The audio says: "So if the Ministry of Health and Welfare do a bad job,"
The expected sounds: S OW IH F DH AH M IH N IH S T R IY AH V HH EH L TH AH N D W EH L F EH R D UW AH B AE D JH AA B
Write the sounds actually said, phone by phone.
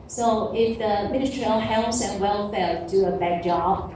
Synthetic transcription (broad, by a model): S OW IH F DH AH M IH N IH S T R IY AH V HH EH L S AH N W EH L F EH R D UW AH B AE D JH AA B